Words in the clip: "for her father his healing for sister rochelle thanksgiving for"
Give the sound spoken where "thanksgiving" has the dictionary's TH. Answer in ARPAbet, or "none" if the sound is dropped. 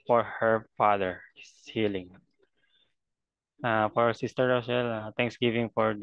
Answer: T